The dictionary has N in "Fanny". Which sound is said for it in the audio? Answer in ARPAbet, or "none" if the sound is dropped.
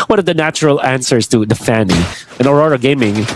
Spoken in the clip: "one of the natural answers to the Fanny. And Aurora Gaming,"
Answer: N